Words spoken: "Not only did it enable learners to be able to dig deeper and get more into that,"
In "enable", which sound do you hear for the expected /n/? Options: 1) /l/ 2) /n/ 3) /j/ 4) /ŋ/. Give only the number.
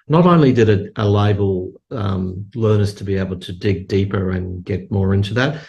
1